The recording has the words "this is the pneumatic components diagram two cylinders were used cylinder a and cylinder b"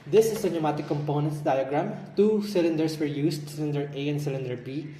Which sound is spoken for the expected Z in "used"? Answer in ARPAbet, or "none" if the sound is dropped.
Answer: S